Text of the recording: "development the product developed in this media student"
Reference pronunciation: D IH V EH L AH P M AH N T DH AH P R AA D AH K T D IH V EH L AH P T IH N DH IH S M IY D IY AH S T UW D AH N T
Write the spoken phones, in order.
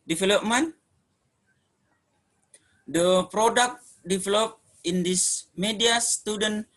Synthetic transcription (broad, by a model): D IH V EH L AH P M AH N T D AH P R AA D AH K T D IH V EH L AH P IH N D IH S M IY D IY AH S T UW D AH N